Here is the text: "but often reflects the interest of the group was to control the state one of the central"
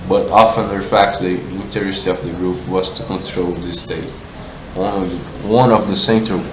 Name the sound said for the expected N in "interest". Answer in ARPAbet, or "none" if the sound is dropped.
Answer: L